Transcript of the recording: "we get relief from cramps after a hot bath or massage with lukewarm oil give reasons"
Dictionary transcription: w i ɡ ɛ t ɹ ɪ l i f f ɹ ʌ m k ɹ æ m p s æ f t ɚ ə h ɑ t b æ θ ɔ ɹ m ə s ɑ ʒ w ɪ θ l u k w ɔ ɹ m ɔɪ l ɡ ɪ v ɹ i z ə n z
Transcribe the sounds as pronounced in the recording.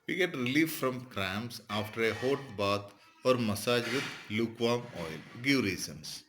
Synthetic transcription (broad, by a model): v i ɡ ɛ t ɹ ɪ l i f f ɹ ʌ m k ɹ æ m s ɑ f t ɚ ə h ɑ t b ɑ t ɔ ɹ m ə s ɑ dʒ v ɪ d l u k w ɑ m ɔɪ l ɡ ɪ v ɹ i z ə n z